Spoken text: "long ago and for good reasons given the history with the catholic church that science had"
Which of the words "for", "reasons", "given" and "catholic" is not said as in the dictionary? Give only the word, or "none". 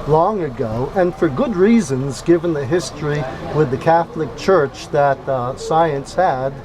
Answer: none